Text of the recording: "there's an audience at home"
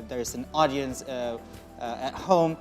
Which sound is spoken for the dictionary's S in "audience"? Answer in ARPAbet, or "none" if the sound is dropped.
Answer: S